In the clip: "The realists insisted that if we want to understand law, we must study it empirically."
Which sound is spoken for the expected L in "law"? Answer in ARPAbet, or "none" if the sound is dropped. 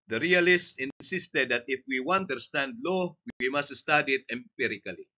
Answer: L